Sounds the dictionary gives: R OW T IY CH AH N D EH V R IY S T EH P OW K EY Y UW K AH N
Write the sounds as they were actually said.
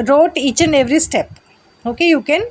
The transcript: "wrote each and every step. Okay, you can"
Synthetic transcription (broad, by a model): R OW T IY CH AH N EH V R IY S T EH P OW K EY Y UW K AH N